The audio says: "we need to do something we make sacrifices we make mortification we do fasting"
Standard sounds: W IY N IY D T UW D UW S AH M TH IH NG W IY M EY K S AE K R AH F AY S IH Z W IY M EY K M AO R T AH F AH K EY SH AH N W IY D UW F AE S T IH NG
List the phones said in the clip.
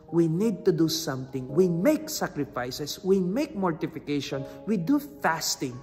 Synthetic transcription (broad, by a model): W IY N IY D T UW D UW S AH M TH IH NG W IY M EY K S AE K R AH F AY S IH S W IY M EY K M AO R T AH F AH K EY SH AH N W IY D UW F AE S T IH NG